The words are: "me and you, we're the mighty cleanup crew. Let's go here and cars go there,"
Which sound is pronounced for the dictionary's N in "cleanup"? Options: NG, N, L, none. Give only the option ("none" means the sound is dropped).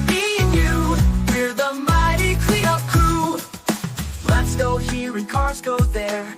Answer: none